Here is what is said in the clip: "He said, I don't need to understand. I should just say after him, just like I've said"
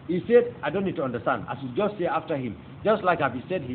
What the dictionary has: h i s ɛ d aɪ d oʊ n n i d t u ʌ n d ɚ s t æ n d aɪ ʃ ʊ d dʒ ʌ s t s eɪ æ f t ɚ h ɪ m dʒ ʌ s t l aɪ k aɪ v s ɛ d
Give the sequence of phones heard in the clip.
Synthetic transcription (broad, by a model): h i s ɛ d aɪ d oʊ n n i d t u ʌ n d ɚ s t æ n d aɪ s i dʒ ʌ s t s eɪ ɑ f t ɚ h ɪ m dʒ ʌ s t l aɪ k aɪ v s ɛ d